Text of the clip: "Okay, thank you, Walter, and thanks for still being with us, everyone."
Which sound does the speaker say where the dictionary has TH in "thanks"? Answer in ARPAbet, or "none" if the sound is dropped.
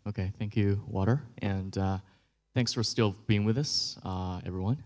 TH